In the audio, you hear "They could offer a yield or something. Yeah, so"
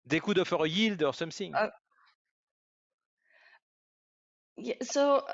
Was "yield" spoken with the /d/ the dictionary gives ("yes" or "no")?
yes